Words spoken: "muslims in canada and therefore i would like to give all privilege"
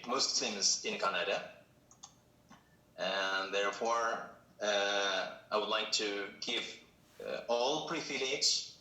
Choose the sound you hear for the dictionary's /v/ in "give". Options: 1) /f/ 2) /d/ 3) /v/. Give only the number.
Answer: 3